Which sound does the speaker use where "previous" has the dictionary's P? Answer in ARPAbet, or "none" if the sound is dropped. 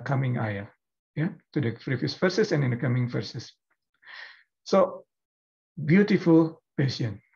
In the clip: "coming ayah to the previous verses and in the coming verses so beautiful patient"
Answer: F